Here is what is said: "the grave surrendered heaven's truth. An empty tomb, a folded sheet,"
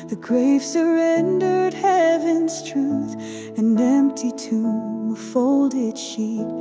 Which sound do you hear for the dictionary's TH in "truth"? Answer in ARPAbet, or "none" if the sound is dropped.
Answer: TH